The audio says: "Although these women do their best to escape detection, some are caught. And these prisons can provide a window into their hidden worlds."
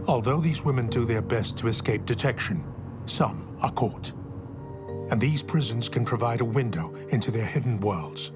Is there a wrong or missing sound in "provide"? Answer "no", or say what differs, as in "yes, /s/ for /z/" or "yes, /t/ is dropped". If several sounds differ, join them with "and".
no